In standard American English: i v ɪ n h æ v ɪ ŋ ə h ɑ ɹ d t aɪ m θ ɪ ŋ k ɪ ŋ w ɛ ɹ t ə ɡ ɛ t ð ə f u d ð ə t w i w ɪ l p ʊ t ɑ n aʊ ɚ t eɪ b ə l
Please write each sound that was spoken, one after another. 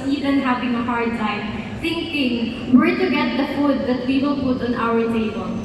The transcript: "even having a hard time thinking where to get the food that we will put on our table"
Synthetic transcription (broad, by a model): i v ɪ n h æ v ɪ ŋ ə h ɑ ɹ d s aɪ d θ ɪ ŋ k ɪ ŋ w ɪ ɹ t ə ɡ ɛ t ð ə f u d ð ə t w i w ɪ l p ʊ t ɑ n aʊ ɚ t eɪ b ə l